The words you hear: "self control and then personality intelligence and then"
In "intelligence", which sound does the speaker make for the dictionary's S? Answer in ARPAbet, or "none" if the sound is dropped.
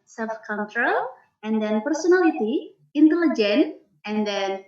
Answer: none